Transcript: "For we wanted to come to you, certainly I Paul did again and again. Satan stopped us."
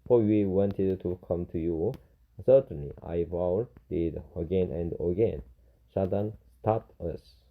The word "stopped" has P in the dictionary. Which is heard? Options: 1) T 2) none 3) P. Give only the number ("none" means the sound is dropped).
2